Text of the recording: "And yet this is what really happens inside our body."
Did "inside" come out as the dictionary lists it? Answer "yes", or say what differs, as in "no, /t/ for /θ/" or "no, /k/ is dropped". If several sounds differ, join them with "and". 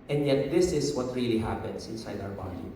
yes